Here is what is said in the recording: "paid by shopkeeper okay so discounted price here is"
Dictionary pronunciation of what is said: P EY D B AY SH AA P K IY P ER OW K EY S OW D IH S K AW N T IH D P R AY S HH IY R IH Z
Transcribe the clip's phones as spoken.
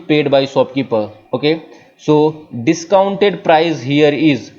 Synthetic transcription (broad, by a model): P EY D B AY S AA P K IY P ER OW K EY S OW D IH S K AW N T IH D P R AY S HH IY R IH Z